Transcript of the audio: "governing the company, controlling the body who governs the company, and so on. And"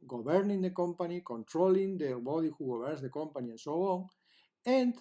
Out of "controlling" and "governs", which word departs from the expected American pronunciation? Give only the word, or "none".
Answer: governs